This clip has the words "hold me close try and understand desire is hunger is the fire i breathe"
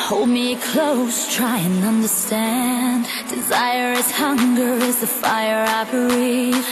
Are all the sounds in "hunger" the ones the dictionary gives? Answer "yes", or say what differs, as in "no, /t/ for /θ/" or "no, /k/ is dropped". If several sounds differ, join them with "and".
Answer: yes